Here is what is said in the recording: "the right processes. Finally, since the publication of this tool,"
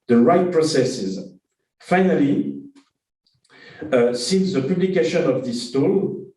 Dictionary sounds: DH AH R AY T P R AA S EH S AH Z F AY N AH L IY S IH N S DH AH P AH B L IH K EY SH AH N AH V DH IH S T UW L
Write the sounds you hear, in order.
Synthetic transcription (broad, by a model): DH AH R AY T P R AA S EH S AH Z F AY N AH L IY S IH N S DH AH P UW B L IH K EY SH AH N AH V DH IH S T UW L